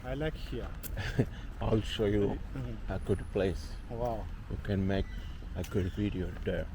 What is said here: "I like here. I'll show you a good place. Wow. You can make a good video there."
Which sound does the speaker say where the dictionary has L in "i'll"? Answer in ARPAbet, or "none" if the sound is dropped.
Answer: L